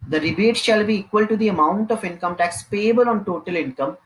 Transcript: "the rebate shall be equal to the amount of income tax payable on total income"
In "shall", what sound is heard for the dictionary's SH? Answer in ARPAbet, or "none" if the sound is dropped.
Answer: SH